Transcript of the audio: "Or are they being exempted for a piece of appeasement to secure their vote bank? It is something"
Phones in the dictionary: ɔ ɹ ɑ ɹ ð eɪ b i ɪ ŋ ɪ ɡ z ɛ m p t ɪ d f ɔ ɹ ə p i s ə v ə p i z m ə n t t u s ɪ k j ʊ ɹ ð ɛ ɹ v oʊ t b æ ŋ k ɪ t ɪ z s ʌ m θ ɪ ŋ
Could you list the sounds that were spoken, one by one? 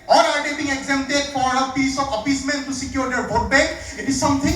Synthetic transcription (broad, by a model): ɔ ɹ ɑ ɹ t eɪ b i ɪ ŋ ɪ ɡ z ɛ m t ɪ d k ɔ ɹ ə p i s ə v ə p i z m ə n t t u s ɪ k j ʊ ɹ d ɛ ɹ b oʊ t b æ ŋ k ɪ t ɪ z s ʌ m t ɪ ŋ